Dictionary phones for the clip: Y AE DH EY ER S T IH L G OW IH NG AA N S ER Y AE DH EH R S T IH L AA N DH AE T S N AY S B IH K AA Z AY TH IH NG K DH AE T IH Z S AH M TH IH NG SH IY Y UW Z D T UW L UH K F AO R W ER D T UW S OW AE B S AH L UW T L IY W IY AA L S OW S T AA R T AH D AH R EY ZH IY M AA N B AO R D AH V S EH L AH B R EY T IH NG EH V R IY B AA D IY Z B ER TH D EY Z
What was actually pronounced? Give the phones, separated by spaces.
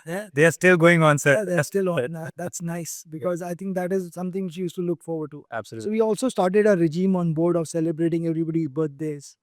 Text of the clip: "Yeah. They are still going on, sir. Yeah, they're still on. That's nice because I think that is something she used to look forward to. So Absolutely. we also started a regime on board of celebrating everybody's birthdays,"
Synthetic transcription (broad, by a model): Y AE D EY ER S T IH L G OW IH NG AA N S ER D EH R S T IH L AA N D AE T S N AY S B IH K AA Z AY T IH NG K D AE T IH Z S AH M T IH NG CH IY Y UW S T UW L UH K F AO R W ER D T UW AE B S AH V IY IY AA L S OW S T AA R T AH D AH R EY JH IY M AA N B AO R D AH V S EH L AH B R EY T IH NG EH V R IY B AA D IY B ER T D EY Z